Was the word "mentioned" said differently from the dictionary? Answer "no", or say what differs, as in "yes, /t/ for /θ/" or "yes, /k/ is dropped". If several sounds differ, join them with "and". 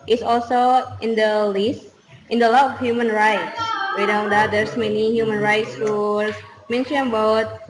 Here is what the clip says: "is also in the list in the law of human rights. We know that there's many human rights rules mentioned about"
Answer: yes, /d/ is dropped